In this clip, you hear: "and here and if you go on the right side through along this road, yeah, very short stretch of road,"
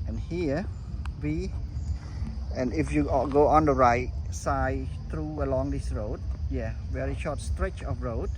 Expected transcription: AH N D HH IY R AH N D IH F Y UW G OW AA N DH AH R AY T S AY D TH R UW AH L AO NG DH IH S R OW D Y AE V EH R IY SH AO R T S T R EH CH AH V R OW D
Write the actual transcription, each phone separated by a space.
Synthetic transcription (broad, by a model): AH N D HH IY W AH N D IH F Y UW G OW AA N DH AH R AY T S AY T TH R UW AH L AO NG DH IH S R OW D Y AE V EH R IY SH AO T S T R EH CH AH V R OW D